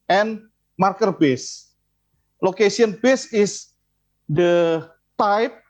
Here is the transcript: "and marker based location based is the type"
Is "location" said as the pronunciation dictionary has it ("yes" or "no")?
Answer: no